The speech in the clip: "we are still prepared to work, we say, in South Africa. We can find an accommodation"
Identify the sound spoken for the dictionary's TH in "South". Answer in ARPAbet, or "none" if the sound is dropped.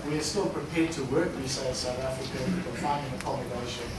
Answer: TH